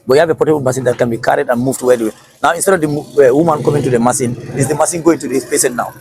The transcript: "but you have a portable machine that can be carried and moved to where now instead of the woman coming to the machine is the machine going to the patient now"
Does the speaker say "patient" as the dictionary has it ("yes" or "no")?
no